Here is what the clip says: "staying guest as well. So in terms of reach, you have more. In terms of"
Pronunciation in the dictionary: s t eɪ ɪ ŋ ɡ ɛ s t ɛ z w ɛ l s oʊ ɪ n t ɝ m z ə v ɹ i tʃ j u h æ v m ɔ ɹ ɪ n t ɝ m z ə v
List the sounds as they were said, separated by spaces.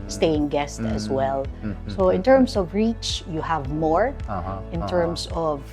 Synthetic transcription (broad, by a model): s t eɪ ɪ ŋ ɡ ɛ s t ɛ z w ɛ l s oʊ ɪ n t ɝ m s ə v ɹ i tʃ j u h æ v m ɔ ɹ ɪ n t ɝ m s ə v